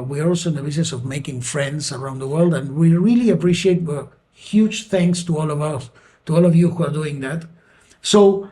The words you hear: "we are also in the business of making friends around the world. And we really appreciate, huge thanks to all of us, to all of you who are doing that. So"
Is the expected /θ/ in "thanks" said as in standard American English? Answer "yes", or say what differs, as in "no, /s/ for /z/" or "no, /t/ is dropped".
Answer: yes